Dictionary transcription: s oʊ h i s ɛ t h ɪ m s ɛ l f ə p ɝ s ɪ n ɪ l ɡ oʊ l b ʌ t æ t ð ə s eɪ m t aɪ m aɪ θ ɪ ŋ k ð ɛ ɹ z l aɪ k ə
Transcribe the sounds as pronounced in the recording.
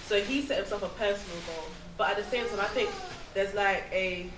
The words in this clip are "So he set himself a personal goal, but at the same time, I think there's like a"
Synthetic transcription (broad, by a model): s oʊ h i s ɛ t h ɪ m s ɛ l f ə p ɝ s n l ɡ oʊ b ʌ t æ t ð ə s eɪ m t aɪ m aɪ θ ɪ ŋ k ð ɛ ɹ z l aɪ k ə